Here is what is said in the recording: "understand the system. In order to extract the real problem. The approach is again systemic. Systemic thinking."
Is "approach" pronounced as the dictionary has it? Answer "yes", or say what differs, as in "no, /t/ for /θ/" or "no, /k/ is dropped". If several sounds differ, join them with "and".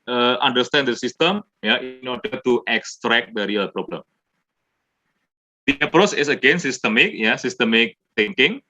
yes